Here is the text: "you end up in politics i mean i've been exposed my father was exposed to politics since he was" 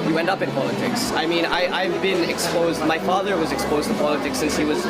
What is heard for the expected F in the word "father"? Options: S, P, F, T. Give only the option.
F